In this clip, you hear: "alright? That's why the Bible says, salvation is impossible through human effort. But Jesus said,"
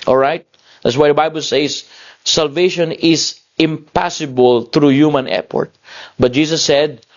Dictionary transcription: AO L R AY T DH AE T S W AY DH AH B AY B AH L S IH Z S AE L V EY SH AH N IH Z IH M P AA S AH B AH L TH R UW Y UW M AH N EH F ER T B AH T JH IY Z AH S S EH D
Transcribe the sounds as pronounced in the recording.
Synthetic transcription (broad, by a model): AO L R AY T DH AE T S W AY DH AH B AY B AH L S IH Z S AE L V EY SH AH N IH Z IH M P AA S AH B AH L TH R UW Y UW M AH N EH P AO T B AH T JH IY S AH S S EH D